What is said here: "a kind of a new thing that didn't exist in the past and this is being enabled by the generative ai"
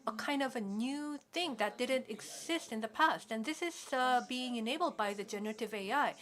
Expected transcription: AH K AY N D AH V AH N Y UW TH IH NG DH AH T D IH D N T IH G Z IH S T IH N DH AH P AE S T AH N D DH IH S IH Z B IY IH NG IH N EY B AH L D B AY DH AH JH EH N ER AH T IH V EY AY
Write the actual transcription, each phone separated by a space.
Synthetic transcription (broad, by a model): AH K AY N D AH V AH N Y UW TH IH NG DH AH T D IH D N T IH G Z IH S T IH N DH AH P AE S T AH N DH IH S IH Z B IY IH NG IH N EY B L D B AY DH AH JH EH N ER AH T IH V EY AY